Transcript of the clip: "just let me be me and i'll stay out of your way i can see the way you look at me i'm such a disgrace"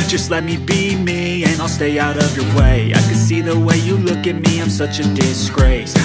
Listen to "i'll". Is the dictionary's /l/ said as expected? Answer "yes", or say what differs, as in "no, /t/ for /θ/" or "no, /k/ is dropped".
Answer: yes